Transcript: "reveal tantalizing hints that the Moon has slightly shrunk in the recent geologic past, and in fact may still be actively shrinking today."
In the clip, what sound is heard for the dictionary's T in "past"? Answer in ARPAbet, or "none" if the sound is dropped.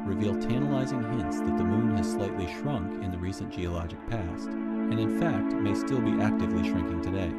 T